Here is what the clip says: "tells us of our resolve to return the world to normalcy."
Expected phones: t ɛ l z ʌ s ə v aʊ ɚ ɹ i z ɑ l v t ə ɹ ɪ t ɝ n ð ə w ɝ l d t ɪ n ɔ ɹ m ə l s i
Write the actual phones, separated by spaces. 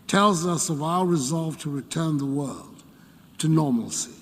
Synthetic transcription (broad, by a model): t ɛ l z ʌ s ə v aʊ ɚ ɹ i z ɑ l v t ə ɹ ɪ t ɝ n ð ə w ɝ l d t ɪ n ɔ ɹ m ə l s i